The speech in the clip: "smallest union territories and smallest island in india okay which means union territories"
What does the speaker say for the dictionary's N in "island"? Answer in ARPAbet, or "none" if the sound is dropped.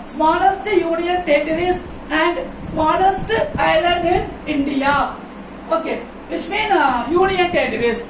none